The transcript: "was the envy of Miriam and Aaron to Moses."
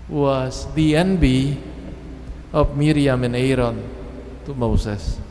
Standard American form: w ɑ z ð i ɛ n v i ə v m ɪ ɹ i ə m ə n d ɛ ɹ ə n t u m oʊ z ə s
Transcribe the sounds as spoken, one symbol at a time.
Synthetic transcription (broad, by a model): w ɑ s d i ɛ n b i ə f m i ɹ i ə m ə n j ɹ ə n t u m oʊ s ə s